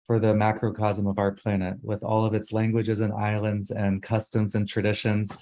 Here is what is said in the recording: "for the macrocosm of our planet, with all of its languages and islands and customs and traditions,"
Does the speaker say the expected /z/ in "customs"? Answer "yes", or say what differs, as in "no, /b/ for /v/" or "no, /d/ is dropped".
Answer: yes